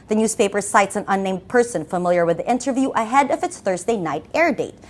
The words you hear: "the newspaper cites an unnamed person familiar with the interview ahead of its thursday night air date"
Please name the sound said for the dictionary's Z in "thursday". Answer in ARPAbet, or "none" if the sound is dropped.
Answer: Z